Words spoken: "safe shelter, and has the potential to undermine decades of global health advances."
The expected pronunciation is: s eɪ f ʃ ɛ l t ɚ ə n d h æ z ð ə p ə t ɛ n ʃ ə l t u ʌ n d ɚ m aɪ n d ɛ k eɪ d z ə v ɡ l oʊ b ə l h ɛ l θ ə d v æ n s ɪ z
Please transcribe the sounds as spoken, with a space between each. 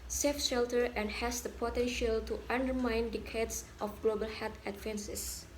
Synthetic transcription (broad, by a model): s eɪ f ʃ ɛ l t ɚ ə n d h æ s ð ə p ə t ɛ n ʃ ə l t u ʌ n d ɚ m aɪ n d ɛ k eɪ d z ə f ɡ l oʊ b ə l h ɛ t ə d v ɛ n s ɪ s